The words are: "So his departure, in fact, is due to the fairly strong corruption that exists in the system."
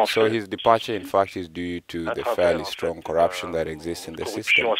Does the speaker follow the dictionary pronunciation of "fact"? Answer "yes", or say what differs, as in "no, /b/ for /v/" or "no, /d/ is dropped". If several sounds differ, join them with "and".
yes